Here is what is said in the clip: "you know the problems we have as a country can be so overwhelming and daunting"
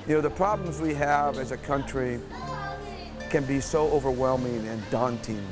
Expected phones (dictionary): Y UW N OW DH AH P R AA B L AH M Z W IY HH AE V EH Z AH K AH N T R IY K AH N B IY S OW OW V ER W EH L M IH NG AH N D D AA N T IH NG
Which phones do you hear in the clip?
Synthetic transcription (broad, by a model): Y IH N OW DH AH P R AA B L AH M Z W IY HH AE V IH Z AH K AH N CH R IY K AH N B IY S OW OW V ER W EH L M IH NG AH N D D AA N T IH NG